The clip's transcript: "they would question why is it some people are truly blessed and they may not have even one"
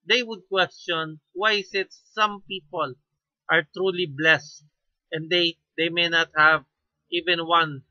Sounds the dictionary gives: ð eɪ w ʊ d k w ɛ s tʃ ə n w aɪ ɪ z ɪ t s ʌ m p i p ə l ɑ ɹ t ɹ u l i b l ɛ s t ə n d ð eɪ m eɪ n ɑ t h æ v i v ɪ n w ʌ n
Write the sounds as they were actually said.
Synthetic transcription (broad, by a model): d eɪ w ʊ d k w ɛ s tʃ ə n w aɪ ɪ s ɪ t s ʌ m p i p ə l ɑ ɹ t ɹ u l i b l ɛ s t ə n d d eɪ m eɪ n ɑ t h æ v i v ɪ n w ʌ n